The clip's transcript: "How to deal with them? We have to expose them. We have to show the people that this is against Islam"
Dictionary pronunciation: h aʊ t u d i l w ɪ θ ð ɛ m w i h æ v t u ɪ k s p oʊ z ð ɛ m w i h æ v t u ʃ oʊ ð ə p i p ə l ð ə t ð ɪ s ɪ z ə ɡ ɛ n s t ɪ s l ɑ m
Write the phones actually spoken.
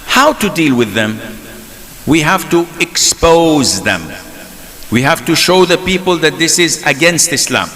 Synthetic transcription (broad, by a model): h aʊ t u d i l w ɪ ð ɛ m w i h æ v t u ɪ k s p oʊ z ð ɛ m w i h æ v t u ʃ oʊ ð ə p i p ə l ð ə t ð ɪ s ɪ z ə ɡ ɛ n s t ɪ s l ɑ m